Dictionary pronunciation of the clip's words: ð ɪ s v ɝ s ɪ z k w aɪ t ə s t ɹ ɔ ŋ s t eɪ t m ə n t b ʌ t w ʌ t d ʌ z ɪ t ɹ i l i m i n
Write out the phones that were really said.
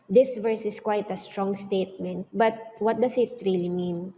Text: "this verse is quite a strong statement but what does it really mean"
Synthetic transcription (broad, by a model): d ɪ s v ɝ s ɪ s k w aɪ t ə s t ɹ ɔ ŋ s t eɪ t m ə n t b ʌ t w ʌ t d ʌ s ɪ t ɹ i l i m i n